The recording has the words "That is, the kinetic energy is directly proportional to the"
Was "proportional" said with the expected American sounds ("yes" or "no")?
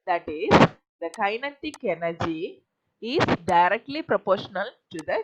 yes